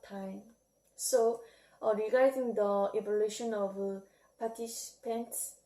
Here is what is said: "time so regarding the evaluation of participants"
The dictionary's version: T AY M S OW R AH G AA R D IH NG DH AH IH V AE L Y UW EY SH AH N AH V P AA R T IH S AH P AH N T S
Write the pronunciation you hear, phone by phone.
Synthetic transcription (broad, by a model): T AY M S OW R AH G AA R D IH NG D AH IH B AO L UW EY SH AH N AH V P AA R T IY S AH P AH N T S